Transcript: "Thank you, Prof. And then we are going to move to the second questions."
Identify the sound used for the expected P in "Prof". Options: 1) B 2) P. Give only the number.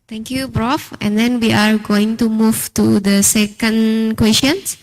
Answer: 1